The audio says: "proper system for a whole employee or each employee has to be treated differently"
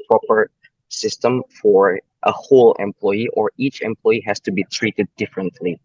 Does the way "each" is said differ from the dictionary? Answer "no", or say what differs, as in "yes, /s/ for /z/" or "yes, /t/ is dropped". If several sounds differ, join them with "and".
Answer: no